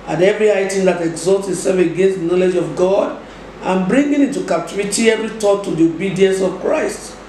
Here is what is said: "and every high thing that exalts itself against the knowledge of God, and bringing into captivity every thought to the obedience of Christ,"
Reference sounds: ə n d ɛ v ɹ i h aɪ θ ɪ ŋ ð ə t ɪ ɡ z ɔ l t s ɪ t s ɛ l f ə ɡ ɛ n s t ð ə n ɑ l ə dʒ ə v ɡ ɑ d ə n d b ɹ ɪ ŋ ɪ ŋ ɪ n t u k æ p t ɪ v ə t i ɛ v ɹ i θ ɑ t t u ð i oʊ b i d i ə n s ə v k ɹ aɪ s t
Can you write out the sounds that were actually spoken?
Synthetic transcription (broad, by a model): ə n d ɛ v ɹ i aɪ t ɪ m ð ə t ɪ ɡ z ɔ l t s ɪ s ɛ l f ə ɡ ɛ n s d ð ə n ɑ l ə dʒ ə v ɡ ɑ d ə n b ɹ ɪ ŋ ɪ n ɪ n t u k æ t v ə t i ɛ v ɹ i t ɑ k t u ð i oʊ b i d i ə n s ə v k ɹ aɪ s t